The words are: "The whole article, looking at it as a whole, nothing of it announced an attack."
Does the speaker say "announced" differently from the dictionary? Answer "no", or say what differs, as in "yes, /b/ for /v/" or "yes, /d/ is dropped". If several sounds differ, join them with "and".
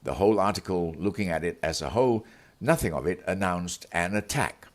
no